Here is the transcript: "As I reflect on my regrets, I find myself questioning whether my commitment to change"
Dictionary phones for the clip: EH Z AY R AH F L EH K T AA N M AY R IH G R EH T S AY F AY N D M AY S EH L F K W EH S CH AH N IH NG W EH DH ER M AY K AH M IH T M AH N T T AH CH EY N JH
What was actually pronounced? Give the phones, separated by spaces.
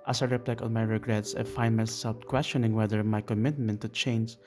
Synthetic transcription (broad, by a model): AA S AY R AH P L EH K AA N M AY R IH G R EH T S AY F AY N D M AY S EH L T K W EH S CH AH N IH NG W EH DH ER M AY K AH M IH T M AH N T T AH CH EY N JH